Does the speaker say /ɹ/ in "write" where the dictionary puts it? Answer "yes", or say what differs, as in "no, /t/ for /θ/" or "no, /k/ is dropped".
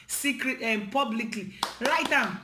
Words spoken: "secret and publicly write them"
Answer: no, /l/ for /ɹ/